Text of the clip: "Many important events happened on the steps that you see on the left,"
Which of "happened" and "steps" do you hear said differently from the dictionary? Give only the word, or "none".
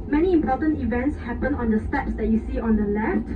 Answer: happened